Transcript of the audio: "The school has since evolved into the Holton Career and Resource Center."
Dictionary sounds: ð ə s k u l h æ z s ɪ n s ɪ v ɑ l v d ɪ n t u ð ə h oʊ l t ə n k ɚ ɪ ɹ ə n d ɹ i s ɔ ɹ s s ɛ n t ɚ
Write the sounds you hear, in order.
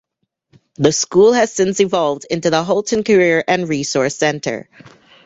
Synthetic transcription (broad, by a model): ð ə s k u l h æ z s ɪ n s ɪ v ɑ l v d ɪ n t u ð ə h oʊ l t ə n k ɚ ɪ ɹ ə n ɹ i s ɔ ɹ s s ɛ n t ɚ